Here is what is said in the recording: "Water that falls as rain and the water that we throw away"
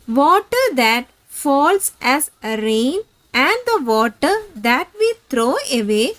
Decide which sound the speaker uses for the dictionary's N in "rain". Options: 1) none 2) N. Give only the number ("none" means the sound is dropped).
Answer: 2